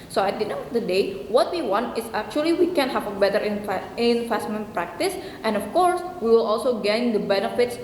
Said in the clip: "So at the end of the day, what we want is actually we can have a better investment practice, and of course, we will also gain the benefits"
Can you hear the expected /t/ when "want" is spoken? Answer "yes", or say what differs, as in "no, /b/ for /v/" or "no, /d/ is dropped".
yes